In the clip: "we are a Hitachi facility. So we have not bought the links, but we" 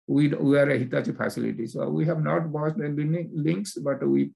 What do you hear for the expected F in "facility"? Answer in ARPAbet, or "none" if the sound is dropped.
P